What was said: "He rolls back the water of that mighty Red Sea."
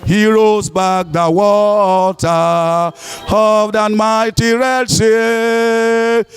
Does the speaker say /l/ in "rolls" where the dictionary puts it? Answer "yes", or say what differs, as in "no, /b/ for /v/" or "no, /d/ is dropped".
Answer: no, /l/ is dropped